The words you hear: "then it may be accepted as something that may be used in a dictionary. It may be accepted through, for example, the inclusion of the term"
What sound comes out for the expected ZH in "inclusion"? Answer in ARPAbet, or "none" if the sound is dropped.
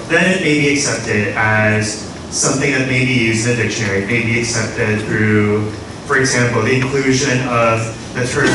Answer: ZH